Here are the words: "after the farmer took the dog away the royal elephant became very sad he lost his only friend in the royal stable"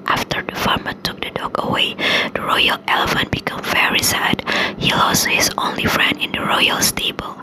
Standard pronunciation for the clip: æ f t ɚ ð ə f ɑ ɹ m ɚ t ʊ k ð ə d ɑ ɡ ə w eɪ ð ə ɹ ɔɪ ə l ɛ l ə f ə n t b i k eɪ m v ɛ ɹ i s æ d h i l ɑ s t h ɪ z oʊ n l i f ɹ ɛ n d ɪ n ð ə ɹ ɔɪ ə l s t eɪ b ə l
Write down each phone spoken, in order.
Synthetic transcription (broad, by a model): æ f t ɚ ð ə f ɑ ɹ m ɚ t ʊ k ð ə d ɑ ɡ ə w eɪ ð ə ɹ ɔɪ ə l ɛ l ə f ə n t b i k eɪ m v ɛ ɹ i s æ d h i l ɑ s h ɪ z oʊ n l i f ɹ ɛ n d ɪ n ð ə ɹ ɔɪ ə l s t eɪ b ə l